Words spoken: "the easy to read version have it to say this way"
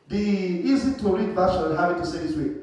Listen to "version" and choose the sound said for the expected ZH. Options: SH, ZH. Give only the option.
SH